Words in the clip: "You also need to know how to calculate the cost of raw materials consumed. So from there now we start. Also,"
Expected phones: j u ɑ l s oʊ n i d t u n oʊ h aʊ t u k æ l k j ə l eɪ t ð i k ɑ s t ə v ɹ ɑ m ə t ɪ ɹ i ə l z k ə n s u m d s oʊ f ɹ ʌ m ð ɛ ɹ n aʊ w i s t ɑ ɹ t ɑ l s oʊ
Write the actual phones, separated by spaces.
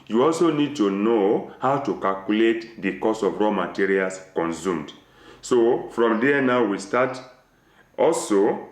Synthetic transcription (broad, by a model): j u ɑ l s oʊ n i d t u n oʊ h aʊ t u k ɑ l k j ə l eɪ t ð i k ɑ s ə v ɹ ɑ m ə t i ɹ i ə l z k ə n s u m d s oʊ f ɹ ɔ m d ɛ n aʊ w i s t ɑ t ɑ l s oʊ